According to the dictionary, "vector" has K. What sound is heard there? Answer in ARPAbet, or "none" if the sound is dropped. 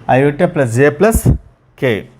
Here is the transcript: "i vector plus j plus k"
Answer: none